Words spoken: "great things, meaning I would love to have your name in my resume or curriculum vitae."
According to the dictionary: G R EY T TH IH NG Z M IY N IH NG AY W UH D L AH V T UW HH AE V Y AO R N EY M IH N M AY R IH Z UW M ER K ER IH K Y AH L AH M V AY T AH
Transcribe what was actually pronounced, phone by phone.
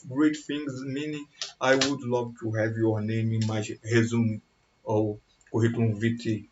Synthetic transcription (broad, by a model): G R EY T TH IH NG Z M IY N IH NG AY W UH D L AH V T UW HH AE V Y AO R N EY M IH N M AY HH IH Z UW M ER K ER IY K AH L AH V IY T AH